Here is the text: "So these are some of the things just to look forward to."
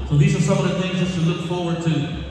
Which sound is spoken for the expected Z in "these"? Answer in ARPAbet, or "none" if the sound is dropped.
Z